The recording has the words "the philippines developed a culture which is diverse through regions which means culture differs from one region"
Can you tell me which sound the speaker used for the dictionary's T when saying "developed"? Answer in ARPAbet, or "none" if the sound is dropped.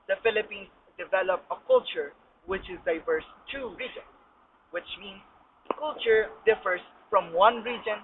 none